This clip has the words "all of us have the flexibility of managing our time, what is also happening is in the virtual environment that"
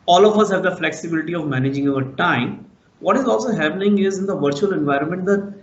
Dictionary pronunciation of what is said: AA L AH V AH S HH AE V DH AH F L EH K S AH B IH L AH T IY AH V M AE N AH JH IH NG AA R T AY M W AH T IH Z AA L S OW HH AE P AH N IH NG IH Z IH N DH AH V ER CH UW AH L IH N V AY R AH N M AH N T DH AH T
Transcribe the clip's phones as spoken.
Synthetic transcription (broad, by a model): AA L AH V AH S HH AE V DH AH F L EH K S AH B IH L AH T IY AH V M AE N AH JH IH NG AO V T AY M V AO T IH Z AA L S OW HH AE P AH N IH NG IH Z IH N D AH V ER CH UW AH L IH N V AY R AH N M AH N T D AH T